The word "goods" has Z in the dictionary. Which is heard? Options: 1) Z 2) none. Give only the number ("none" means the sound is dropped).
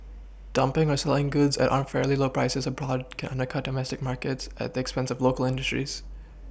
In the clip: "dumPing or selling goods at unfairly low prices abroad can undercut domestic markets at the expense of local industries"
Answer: 1